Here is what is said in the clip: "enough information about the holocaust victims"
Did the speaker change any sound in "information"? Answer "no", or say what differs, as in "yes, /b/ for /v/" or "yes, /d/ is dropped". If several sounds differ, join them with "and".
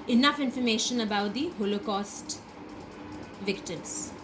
no